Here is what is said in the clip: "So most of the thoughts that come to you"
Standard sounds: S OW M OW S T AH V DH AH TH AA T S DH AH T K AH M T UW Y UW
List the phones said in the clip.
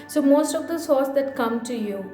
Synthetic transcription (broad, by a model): S OW M OW S T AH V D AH S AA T S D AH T K AH M T UW Y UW